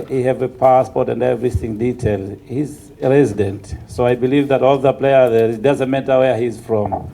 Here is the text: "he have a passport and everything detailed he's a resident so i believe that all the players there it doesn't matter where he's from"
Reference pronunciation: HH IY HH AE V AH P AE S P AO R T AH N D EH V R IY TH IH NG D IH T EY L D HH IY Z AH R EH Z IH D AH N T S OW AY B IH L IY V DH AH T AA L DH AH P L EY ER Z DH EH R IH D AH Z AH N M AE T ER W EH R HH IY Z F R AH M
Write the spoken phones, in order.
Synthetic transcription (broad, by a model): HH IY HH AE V AH P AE S P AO R T AH N D EH V R IY TH IH NG D IH T EY L D HH IY Z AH R EH Z IH D AH N T S OW AY B IH L IY V DH AH T AA L DH AH P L EY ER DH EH IH D AH Z AH N M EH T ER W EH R HH IY Z F R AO M